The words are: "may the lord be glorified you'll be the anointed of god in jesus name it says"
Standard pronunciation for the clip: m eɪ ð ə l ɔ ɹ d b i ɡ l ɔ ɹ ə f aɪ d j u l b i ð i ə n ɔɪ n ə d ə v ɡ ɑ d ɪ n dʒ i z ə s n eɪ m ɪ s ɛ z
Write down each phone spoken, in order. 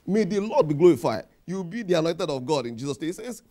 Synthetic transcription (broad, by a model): m eɪ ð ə l ɔ d b i ɡ l ɔ ɹ ə f aɪ d j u w b i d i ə n ɔɪ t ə d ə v ɡ ɑ d ɪ n dʒ i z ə s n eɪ ɪ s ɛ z